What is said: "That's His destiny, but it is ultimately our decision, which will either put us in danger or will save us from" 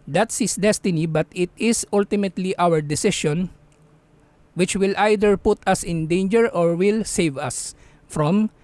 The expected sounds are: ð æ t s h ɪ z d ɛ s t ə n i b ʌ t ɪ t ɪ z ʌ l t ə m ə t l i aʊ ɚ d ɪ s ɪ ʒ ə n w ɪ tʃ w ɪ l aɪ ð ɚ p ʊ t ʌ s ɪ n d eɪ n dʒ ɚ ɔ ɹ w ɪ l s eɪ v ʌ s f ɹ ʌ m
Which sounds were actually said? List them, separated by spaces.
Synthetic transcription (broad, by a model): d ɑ t s h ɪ s d ɛ s t ə n i b ʌ t ɪ t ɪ s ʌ l t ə m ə t l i aʊ ɚ d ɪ s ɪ ʃ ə n w ɪ tʃ w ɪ l aɪ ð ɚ p ʊ t ʌ s ɪ n d eɪ n dʒ ɚ ɔ ɹ w ɪ l s eɪ v ʌ s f ɹ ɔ m